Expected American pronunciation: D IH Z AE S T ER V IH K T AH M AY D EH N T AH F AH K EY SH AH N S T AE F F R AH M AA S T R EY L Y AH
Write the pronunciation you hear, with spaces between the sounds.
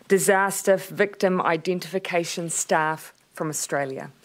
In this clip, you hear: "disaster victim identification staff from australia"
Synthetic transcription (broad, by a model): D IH Z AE S T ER V IH K T AH M AY D EH N T AH F AH K EY SH AH N S T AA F F R AH M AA S T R EY L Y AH